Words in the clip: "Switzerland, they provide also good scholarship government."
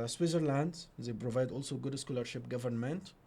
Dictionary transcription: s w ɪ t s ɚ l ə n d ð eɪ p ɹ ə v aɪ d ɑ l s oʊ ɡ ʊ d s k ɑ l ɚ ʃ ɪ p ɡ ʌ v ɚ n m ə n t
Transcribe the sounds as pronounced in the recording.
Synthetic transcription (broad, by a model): s w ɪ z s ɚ l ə n d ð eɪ p ɹ ə v aɪ d ɑ l s oʊ ɡ ʊ d s k ɑ l ɚ ʃ ɪ p ɡ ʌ v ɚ n m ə n t